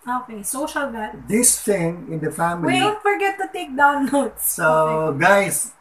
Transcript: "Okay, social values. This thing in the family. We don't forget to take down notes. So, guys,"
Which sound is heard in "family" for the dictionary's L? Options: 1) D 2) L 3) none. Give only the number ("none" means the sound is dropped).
3